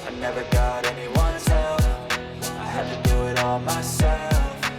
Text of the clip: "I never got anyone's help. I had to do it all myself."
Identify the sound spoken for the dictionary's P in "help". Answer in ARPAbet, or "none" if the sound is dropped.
none